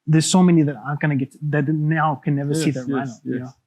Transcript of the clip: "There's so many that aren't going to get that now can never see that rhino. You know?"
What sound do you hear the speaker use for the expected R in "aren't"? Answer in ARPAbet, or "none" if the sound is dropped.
none